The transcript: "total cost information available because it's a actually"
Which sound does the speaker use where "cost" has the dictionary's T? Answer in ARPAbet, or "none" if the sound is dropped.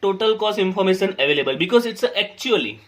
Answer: none